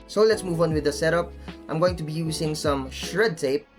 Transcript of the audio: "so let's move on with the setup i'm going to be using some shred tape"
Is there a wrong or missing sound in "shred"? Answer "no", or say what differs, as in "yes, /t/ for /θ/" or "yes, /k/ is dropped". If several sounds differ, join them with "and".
no